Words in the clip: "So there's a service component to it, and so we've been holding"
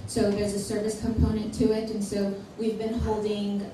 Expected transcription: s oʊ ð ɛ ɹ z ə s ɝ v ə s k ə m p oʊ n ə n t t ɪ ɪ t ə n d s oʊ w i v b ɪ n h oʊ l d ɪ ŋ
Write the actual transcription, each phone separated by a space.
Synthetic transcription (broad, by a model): s oʊ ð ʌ ɹ z ə s ɝ v ə s k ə m p oʊ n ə n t t ɪ ɪ t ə n s oʊ w i v b ɪ n h oʊ l d ɪ ŋ